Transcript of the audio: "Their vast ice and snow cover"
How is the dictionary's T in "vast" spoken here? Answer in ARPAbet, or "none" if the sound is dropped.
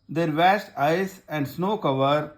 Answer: T